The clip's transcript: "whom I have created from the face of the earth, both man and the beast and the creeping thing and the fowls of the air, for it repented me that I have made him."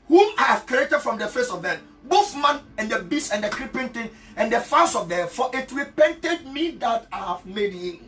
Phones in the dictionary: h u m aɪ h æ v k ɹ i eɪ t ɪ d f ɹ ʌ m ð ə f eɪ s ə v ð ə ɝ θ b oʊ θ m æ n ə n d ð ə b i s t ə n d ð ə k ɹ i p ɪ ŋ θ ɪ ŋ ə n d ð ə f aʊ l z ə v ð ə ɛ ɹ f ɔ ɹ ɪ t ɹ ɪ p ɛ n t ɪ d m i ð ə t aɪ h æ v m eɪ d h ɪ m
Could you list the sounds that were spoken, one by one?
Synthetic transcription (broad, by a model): h u m aɪ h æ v k ɹ i eɪ t ɪ d f ɹ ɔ m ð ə f eɪ s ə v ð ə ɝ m b oʊ θ m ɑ n ə n d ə b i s ə n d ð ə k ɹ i p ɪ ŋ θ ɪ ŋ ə n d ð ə f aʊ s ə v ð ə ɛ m f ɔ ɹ ɪ t ɹ ɪ p ɛ n t ɪ d m i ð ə t aɪ h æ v m eɪ d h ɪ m